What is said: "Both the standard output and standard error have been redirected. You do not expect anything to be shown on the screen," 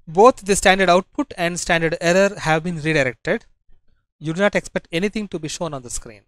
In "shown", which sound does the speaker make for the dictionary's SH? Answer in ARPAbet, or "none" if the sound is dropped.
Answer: SH